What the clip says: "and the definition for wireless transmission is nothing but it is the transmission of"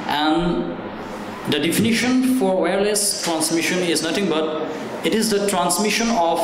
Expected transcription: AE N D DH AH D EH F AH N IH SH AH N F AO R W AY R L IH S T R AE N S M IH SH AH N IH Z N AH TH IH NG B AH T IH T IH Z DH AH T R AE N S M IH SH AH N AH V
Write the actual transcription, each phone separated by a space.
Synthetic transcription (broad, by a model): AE N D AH D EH F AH N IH SH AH N F AO R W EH R L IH S T R AE N S M IH SH AH N IH Z N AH T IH NG B AH T IH T IH Z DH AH T R AE N S M IH SH AH N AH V